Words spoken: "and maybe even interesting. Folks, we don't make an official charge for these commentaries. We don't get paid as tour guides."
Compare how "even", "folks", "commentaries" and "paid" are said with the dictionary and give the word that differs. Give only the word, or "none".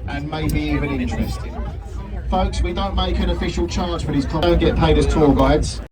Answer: commentaries